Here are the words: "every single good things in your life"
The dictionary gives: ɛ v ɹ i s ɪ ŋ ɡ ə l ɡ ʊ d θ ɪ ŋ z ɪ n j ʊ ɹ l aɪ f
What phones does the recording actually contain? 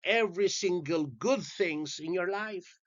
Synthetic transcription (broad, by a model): ɛ v ɹ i s ɪ ŋ ɡ ə l ɡ ʊ d θ ɪ ŋ z ɪ n j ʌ ɹ l aɪ f